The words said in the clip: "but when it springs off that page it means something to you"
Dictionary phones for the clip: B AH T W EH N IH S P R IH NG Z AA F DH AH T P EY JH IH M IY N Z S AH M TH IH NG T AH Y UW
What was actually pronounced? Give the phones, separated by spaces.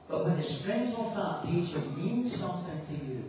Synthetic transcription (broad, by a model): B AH T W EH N IH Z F R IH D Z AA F DH AH T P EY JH IH M IY N Z S AH M TH IH NG T AH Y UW